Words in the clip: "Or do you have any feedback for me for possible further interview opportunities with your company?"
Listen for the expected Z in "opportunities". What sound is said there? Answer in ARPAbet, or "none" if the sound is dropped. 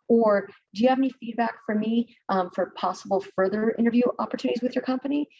Z